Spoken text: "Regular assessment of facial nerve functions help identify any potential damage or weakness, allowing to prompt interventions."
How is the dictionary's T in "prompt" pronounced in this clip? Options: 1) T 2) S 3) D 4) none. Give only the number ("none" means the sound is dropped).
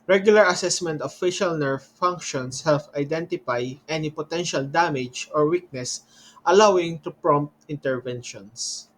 1